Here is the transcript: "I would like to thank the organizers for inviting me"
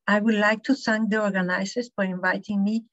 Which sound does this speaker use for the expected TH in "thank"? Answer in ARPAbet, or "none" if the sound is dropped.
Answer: S